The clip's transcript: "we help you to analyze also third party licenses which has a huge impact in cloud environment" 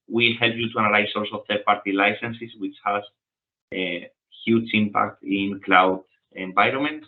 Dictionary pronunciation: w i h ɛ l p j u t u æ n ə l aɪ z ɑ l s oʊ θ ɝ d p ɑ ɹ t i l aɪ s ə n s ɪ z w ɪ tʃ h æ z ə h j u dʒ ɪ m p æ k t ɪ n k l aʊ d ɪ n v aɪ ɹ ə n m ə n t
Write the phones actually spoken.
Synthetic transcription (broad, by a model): w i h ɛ l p j u t u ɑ n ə l aɪ s ɑ l s oʊ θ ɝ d p ɑ ɹ t i l aɪ s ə n s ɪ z w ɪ tʃ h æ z ə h j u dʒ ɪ m p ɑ k t ɪ n k l aʊ d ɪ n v aɪ ɹ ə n m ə n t